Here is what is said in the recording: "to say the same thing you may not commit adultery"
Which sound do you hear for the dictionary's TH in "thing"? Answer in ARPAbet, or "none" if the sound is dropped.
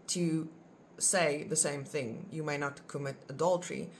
TH